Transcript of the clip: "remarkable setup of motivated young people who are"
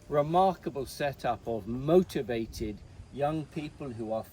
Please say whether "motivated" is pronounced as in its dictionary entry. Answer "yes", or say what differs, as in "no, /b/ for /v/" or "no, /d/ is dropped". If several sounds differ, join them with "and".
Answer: yes